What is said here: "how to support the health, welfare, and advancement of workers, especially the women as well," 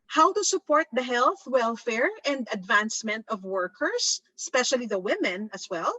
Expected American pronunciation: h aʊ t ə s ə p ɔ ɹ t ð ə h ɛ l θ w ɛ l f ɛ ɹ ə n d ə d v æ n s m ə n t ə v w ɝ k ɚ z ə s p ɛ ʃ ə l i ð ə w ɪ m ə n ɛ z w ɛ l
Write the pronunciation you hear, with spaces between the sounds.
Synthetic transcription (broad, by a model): h aʊ t ə s ə p ɔ ɹ t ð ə h ɛ l θ w ɛ l f ɛ ɹ ə n d ə d v æ n s m ə n t ə v w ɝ k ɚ s ə s p ɛ ʃ ə l i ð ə w ɪ m ə n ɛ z w ɛ l